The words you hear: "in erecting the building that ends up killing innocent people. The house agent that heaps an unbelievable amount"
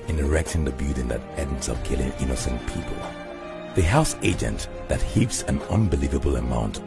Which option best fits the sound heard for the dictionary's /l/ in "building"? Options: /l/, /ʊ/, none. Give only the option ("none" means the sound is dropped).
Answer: none